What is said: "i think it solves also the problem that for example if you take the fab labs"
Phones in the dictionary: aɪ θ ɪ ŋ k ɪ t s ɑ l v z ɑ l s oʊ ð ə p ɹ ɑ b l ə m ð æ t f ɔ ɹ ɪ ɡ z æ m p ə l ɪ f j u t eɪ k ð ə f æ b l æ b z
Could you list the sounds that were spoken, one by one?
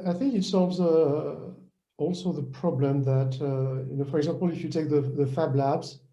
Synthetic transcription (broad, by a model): aɪ θ ɪ ŋ k ɪ t s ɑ l v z ɑ l s oʊ ð ə p ɹ ɑ b l ə m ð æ t f ɔ ɹ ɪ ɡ z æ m p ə l ɪ f j u t eɪ k ð ə f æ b l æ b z